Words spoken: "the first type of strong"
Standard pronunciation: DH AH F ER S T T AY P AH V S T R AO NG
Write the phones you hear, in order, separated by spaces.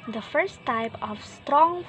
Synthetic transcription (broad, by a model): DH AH F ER S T T AY P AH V S T R AO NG